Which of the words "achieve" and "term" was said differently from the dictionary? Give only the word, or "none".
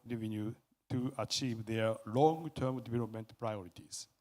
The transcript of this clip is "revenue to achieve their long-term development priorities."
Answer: none